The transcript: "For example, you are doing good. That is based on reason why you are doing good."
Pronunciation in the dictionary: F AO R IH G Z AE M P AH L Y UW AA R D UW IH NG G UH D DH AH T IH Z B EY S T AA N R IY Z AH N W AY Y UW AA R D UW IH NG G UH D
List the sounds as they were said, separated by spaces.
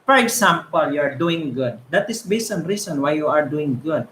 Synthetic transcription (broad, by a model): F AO R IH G S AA M P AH L Y UW AA R D UW IH NG G UH D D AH T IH S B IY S AA N R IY S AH N W AY Y UW AA R D UW IH NG G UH D